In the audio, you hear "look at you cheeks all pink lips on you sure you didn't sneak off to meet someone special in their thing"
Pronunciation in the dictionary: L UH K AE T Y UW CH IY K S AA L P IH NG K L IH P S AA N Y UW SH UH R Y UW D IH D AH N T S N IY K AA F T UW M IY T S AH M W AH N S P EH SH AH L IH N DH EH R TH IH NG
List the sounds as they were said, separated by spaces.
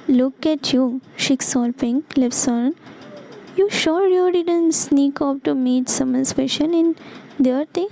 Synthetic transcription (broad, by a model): L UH K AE T Y UW SH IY K S AA L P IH NG L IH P S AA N Y UW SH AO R Y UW D IH D AH N T S N IY K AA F T UW M IY T S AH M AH N S F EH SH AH N IH N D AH R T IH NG